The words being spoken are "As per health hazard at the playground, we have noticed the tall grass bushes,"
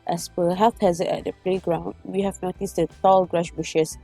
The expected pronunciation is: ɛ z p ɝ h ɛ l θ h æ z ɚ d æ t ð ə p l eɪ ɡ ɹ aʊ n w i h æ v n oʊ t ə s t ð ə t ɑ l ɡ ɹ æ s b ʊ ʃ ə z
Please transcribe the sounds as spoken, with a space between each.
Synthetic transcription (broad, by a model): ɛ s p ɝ h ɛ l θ h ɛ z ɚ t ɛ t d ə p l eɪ ɡ ɹ aʊ n w i h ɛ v n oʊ t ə s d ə t ɑ l ɡ ɹ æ ʃ b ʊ ʃ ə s